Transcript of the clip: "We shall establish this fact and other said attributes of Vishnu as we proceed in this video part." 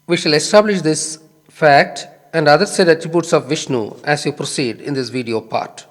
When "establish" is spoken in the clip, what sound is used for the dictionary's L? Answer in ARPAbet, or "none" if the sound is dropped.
L